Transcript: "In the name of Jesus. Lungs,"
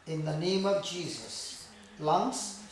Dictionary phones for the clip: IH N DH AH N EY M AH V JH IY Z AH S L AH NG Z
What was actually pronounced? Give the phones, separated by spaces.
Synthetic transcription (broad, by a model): IH N DH AH N EY M AH V JH IY Z AH S L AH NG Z